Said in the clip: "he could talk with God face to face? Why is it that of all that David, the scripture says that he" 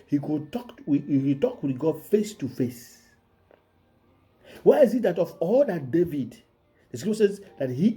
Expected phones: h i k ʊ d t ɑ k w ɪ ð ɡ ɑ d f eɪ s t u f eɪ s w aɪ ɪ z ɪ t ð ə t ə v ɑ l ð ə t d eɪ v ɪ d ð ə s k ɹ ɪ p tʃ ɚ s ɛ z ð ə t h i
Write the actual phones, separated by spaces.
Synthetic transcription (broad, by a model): h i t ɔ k t ɑ k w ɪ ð ɡ ɑ d f eɪ s t u f eɪ s w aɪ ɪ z ɪ t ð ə t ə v ɑ l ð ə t d eɪ v ɪ d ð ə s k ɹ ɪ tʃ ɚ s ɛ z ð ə t h i